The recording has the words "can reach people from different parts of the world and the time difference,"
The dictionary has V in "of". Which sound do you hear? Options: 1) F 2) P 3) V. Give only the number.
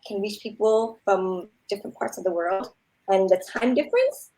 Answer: 3